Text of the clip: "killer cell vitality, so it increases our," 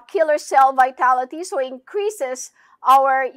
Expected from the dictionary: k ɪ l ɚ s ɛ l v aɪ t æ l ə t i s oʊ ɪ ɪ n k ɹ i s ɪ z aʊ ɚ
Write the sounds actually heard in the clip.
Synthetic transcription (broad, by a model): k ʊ l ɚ s ɛ l v aɪ t æ l ə t i s oʊ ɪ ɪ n k ɹ i s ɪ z aʊ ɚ